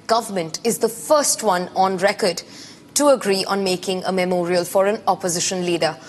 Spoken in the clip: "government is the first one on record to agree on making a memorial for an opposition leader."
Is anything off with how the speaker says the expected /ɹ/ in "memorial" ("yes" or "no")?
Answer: no